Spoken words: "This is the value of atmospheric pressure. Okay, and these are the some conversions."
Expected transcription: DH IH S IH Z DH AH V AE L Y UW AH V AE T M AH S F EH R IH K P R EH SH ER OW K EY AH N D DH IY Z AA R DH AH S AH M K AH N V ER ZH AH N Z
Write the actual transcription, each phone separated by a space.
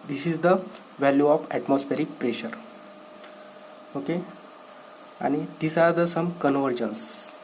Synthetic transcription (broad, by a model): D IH S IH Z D AH V AE L Y UW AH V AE T M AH S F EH R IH K P R EH SH ER OW K EY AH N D IY S AA R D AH S AH M K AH N V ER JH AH N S